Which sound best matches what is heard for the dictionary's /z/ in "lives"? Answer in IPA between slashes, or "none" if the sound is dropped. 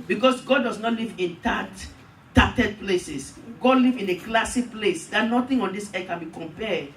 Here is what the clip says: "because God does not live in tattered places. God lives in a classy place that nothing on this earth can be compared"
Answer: none